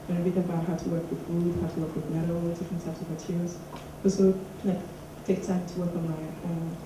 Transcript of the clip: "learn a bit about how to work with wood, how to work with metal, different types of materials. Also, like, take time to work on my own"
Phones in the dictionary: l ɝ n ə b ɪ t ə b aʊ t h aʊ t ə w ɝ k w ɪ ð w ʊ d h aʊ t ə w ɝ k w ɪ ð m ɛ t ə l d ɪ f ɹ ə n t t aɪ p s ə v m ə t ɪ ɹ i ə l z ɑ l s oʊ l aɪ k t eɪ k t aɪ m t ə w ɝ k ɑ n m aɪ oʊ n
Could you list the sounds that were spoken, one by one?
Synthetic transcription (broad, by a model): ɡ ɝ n ə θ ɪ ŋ ə b aʊ t h aʊ t ə w ɝ k w ɪ ð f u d h aʊ t ə w ɝ k w ɪ ð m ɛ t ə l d ɪ f ɹ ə n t t aɪ p s ə v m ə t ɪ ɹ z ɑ s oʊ l aɪ k t eɪ k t aɪ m t ə w ɝ k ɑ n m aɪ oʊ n